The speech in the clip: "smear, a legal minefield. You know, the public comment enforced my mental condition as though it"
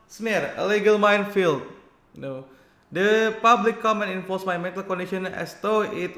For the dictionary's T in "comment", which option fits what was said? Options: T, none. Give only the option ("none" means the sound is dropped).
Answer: none